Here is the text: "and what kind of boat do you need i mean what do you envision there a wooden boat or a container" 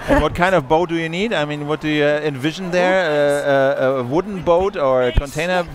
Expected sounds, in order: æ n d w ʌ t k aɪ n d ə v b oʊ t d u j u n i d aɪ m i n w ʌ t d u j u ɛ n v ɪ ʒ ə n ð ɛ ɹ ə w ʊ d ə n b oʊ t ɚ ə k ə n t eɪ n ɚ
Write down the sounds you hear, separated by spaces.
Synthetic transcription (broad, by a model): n w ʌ t k aɪ n d ə v b oʊ t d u j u n i d aɪ m i n w ʌ t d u j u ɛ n v ɪ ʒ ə n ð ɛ ɹ ə w ʊ d n b oʊ t ɚ ə k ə n t eɪ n ɚ